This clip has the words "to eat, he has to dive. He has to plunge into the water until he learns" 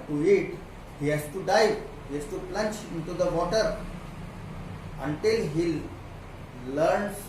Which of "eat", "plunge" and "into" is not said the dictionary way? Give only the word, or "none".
plunge